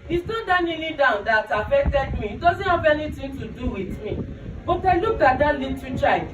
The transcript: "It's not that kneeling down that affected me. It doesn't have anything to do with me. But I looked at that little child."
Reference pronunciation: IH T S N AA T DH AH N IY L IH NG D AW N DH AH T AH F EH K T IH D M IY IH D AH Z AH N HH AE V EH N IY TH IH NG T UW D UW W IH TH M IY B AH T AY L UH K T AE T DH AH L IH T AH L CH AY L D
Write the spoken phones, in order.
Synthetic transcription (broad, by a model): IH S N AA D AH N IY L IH D AW N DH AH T AH F EH K T IH D M IY IH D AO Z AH N HH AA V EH N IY T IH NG T UW D UW W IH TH M IY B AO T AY L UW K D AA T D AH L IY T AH CH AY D